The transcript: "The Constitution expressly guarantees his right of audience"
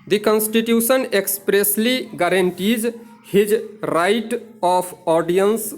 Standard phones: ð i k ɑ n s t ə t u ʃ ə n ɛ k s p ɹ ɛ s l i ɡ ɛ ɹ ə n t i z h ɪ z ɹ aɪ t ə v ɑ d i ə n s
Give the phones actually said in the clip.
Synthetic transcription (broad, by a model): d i k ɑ n s t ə t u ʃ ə n ɛ k s p ɹ ɛ s l i ɡ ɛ ɹ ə n t i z h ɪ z ɹ aɪ t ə p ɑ d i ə n s